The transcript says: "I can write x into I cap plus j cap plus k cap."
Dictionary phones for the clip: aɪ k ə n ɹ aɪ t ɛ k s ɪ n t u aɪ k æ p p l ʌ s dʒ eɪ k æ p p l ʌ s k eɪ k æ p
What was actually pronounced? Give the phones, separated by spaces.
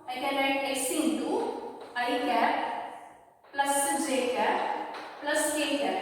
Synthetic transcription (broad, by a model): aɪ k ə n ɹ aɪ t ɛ s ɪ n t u aɪ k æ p p l ʌ s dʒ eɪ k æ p p l ʌ s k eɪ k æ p